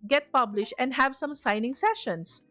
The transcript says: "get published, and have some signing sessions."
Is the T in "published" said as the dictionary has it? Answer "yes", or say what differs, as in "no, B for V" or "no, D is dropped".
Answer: yes